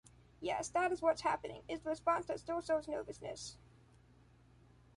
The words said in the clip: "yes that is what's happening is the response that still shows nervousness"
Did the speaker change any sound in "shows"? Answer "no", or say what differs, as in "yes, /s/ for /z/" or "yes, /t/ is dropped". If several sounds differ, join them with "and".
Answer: yes, /s/ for /ʃ/